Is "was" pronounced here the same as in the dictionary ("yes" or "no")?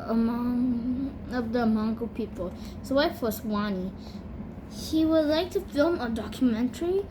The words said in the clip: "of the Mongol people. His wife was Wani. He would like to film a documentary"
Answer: no